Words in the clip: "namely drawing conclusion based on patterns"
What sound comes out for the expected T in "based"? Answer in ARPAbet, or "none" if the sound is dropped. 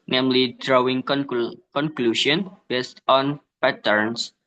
T